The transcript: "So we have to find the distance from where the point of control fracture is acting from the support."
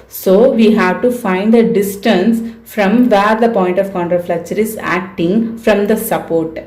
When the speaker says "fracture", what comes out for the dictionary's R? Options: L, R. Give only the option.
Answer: L